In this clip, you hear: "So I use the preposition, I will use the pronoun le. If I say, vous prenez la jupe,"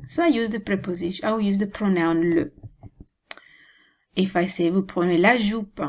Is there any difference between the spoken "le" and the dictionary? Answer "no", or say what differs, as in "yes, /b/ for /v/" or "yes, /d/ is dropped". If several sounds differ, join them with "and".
no